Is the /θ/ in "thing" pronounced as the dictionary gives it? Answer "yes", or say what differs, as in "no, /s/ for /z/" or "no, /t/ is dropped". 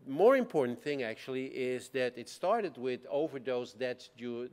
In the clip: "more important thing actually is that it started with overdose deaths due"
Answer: yes